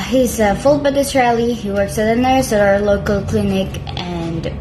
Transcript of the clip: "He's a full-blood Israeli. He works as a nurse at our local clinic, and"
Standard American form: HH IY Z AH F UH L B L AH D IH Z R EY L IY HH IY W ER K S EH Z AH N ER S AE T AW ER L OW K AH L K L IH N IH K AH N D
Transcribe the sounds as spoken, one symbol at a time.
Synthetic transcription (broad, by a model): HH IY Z AH F UH L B AH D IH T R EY L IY HH IY W ER K S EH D AH N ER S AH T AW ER L OW K AH L K L IH N IH K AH N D